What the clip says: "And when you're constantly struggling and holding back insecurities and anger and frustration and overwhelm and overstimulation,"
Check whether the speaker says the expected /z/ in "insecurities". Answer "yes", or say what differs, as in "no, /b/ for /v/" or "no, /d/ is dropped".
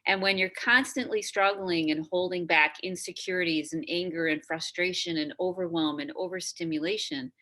yes